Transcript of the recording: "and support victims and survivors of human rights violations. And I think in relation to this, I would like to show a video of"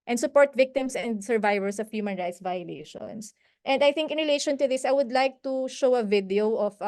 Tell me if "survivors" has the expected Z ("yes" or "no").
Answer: no